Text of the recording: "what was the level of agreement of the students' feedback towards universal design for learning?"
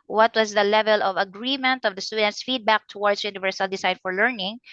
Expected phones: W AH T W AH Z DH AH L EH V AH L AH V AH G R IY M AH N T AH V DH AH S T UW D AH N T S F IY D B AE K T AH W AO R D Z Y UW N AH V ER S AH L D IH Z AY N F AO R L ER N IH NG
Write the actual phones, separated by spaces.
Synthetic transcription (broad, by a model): W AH T W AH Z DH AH L EH V AH L AH V AH G R IY M AH N T AH V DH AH S T UW D AH N T S F IY D B AE K T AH W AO R D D Y UW N AH V ER S AH L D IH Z AY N F AO R L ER N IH NG